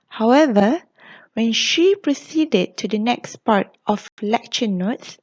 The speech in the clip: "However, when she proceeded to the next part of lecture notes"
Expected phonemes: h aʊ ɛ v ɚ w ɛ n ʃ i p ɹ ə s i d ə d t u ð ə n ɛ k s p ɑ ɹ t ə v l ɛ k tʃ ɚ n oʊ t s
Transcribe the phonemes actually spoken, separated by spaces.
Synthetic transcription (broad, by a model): h aʊ ɛ v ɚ w ɛ n ʃ i p ɹ ə s i d ə d t u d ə n ɛ k s p ɑ ɹ t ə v l ɛ k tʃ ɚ n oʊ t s